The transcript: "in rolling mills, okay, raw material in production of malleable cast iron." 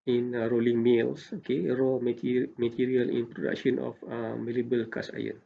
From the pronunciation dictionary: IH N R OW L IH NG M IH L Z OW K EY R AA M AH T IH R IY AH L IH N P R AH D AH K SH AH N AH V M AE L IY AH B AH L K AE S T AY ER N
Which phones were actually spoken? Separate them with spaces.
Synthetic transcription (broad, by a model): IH N R OW L IH NG M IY L S OW K EY R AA M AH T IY R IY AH L IH N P R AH D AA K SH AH N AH F M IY L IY B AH L K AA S AY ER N